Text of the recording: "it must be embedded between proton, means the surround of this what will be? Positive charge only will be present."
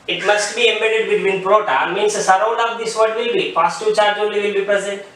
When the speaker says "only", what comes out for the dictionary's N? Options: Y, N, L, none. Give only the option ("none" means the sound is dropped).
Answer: none